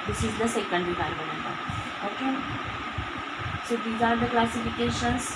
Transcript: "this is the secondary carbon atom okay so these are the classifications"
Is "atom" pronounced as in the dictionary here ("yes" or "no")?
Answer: no